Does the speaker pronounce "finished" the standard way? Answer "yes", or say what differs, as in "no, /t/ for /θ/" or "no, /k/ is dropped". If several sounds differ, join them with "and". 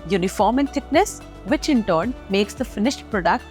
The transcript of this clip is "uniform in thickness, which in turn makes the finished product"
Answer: yes